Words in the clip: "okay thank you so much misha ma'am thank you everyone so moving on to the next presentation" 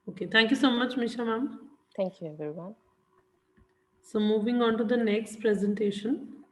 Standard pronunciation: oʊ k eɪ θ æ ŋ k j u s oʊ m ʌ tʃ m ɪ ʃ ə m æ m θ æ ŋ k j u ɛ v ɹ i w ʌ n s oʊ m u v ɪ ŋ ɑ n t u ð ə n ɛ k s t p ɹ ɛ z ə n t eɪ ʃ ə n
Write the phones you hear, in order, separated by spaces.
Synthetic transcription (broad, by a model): oʊ k eɪ t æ ŋ k j u s oʊ m ʌ tʃ m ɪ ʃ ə m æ m t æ ŋ k j u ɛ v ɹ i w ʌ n s oʊ m u v ɪ ŋ ɑ n t u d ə n ɛ k s t p ɹ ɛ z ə n t eɪ ʃ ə n